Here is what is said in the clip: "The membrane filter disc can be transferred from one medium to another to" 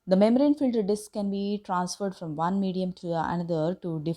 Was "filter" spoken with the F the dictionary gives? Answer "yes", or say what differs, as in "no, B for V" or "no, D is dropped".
yes